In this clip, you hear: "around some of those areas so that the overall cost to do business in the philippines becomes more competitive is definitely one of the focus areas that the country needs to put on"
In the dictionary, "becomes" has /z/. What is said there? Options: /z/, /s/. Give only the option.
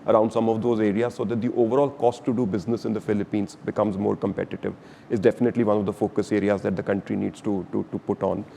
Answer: /z/